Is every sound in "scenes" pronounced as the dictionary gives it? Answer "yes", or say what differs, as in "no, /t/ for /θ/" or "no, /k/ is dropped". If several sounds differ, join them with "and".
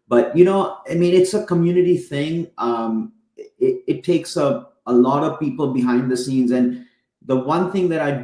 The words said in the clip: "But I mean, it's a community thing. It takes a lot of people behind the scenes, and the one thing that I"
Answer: yes